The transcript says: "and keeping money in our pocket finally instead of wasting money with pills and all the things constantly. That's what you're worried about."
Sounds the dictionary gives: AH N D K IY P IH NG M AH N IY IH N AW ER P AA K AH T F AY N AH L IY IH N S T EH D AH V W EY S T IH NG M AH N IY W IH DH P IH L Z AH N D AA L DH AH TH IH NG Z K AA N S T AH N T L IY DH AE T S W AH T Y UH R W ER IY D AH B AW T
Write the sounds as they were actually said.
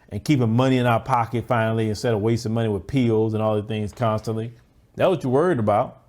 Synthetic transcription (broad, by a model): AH N K IY P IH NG M AH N IY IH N AW ER P AA K AH T F AY N L IY IH N S T EH D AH W EY S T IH M AH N IY W IH DH P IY L Z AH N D AA L DH AH TH IH NG Z K AA N S T AH N T L IY DH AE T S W AH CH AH W ER IY D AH B AW T